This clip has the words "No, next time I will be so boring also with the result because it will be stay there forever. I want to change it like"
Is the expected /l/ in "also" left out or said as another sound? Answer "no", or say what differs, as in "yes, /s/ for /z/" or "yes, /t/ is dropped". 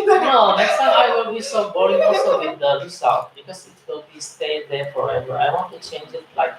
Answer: yes, /l/ is dropped